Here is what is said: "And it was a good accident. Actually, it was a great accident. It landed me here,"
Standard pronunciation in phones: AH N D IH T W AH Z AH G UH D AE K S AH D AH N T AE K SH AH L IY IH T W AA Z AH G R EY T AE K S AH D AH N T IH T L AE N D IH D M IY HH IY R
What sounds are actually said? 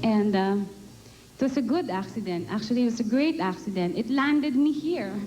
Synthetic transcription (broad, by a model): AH N D IH T W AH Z AH G UH D AE K S AH D AH N T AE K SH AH L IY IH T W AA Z AH G R EY T AE K S AH D AH N T IH T L AE N D IH D M IY HH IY R